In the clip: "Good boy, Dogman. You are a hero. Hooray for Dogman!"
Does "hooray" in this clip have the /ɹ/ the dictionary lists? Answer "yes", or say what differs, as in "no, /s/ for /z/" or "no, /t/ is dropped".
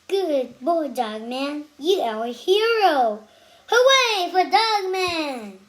no, /w/ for /ɹ/